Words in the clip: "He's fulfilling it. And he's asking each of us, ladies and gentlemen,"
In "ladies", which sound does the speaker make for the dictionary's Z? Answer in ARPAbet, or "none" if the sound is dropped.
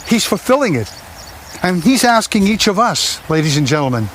Z